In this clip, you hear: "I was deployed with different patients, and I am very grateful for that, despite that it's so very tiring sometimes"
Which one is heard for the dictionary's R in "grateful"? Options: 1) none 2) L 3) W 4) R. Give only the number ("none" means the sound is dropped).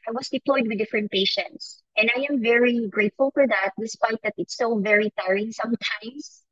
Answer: 4